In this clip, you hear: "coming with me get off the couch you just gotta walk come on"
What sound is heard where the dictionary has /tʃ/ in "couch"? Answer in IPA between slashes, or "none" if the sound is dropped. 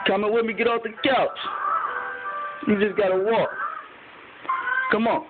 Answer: /s/